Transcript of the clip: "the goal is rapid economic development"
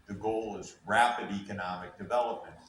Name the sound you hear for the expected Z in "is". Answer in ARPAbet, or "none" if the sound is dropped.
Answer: Z